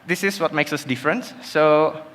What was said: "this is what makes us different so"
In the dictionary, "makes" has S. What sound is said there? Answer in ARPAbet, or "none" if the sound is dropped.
S